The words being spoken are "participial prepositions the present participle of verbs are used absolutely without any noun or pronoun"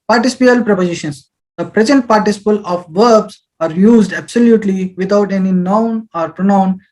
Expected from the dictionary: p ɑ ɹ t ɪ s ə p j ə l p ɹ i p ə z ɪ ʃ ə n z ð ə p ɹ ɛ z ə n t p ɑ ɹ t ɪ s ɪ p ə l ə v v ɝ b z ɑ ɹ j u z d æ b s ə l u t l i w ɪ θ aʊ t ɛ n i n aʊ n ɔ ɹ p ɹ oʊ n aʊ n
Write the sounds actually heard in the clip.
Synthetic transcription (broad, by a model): p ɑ ɹ t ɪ s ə p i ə l p ɹ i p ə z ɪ ʃ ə n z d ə p ɹ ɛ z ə n t p ɑ ɹ t ɪ s ɪ p ə l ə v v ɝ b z ɑ ɹ j u z d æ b s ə l u t l i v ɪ t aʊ t ɛ n i n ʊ n ɔ ɹ p ɹ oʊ n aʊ n